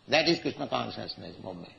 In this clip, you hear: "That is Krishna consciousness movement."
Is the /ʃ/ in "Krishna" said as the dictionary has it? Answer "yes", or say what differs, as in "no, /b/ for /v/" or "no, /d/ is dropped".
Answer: no, /s/ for /ʃ/